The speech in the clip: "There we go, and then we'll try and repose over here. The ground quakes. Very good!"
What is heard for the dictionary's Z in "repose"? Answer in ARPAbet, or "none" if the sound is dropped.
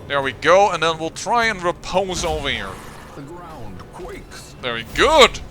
Z